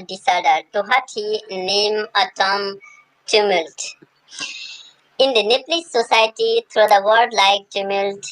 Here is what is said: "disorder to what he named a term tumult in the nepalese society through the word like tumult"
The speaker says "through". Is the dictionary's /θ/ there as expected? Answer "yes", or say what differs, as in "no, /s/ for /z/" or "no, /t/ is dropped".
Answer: no, /t/ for /θ/